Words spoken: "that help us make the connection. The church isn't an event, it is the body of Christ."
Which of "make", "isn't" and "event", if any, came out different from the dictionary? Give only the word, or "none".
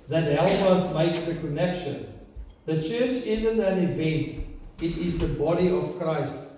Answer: none